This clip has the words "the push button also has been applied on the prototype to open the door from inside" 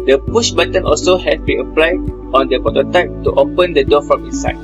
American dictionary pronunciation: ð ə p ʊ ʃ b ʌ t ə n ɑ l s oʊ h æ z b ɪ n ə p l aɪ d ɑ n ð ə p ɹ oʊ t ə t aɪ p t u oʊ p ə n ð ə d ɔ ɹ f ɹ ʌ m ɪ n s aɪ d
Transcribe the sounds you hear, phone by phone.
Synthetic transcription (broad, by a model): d ə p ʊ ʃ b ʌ t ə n ɑ l s oʊ h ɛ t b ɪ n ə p l aɪ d ɑ n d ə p oʊ t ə t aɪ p t u oʊ p ə n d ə d ɔ f ɹ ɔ m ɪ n s aɪ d